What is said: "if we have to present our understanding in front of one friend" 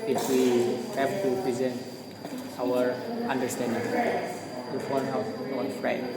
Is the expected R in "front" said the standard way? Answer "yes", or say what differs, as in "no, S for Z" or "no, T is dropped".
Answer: no, R is dropped